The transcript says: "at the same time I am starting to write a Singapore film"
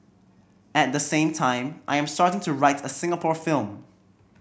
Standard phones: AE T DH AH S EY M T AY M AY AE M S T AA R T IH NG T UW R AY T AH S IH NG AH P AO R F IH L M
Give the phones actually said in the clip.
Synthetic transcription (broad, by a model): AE T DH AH S EY M T AY M AY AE M S T AA R T IH NG T UW R AY T AH S IH NG AH P AO R F IH L M